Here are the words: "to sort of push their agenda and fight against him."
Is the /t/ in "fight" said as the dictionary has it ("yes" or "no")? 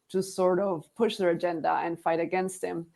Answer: yes